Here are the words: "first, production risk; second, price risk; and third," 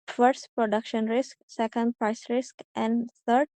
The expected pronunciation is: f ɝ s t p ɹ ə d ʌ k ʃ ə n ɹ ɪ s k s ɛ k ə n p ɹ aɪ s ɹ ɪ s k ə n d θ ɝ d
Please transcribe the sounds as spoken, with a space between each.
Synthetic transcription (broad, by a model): f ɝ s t p ɹ ə d ʌ k ʃ ə n ɹ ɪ s k s ɛ k ə n p ɹ aɪ s ɹ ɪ s k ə n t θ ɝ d